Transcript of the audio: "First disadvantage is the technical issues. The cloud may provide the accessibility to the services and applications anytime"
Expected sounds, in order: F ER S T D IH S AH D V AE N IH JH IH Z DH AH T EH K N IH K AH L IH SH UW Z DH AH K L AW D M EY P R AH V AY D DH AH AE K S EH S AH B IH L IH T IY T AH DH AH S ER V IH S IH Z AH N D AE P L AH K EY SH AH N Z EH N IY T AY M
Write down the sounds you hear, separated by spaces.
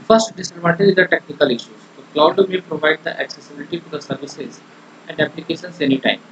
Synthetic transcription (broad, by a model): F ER S T D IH S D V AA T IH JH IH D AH T EH K N IH K AH L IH SH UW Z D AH K L AW D M EY P R AH V AY D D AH AE K S EH S AH B IH L IH T IY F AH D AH S ER V IH S IH Z AH N D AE P L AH K EY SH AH N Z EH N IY T AY M